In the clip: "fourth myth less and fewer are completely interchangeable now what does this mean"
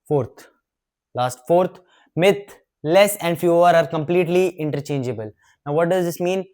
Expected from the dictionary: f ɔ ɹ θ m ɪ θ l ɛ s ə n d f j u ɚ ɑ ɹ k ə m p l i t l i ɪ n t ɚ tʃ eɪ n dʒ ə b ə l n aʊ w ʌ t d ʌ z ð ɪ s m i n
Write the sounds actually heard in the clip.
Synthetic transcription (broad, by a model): f ɔ ɹ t m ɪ t l ɛ s ə n d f j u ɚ ɑ ɹ k ə m p l i t l i ɪ n t ɚ tʃ eɪ n dʒ ə b ə l n aʊ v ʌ t d ʌ z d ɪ s m i n